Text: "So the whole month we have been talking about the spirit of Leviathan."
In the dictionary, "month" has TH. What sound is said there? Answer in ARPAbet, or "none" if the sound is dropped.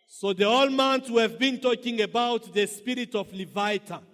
T